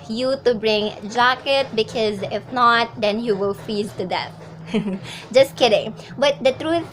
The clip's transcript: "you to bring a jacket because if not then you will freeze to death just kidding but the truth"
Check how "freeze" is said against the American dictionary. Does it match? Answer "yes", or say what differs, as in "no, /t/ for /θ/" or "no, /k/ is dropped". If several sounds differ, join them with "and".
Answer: no, /ɹ/ is dropped